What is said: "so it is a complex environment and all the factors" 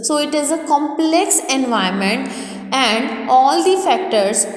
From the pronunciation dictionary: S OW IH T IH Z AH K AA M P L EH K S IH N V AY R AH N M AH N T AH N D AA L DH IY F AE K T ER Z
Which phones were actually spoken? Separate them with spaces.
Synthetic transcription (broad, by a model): S OW IH T IH Z AH K AA M P L EH K S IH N V AY AH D M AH N T AH N D AA L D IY F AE K T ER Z